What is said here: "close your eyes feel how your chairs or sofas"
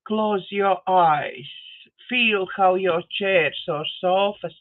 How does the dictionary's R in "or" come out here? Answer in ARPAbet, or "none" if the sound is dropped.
R